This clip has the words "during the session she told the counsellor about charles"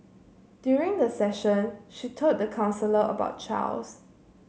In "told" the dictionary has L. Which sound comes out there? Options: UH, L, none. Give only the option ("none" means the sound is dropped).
none